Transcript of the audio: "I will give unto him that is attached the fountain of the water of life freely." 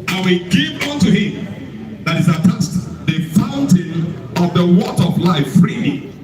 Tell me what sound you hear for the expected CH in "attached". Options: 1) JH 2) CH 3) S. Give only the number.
3